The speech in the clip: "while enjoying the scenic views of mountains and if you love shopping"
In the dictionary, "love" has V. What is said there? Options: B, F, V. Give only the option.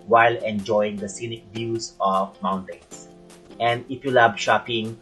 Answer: B